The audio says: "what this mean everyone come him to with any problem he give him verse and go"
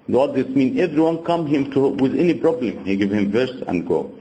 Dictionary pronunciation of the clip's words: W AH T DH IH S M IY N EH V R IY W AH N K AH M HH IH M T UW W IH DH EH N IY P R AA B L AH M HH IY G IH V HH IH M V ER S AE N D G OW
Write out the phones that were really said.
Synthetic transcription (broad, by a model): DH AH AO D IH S M IY N EH V R IY W AH N K AH M HH IH M T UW W IH DH EH N IY P R AA B L AH M HH IY G IH V HH IH M V ER S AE N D G OW